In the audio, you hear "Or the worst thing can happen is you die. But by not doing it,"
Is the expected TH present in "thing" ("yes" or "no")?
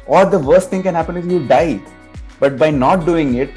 no